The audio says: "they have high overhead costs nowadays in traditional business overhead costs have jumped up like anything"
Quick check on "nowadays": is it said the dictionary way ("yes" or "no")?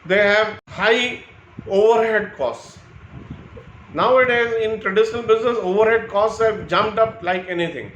yes